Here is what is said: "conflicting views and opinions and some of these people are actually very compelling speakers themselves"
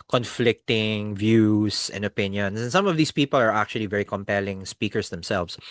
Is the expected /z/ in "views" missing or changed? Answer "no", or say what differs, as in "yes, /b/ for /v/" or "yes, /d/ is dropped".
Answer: yes, /s/ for /z/